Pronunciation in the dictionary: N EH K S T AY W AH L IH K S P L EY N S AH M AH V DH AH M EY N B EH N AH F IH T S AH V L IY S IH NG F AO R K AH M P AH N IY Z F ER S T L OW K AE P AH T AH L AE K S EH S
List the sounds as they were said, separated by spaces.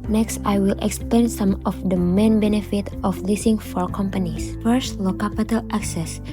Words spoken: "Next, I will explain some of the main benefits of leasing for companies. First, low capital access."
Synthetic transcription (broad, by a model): N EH K S T AY W AH L IH K S P L EY N S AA M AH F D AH M EY N B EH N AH F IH T AH F L IY S IH NG F AO R K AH M P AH N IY S F ER S T L OW K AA P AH T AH L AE K S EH S